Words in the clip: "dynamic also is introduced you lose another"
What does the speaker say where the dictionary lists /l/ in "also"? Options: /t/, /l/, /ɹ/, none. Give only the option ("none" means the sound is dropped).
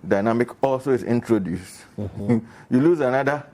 /l/